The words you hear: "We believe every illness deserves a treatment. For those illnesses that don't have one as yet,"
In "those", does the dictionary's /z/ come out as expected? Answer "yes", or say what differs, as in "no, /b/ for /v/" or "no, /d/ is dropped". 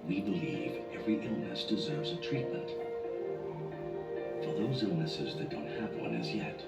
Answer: yes